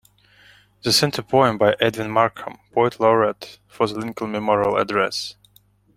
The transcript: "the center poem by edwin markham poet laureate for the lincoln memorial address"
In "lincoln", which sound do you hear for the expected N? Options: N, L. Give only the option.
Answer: L